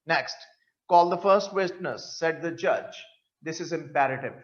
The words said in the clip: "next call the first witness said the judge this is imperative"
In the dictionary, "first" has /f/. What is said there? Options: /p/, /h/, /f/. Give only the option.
/f/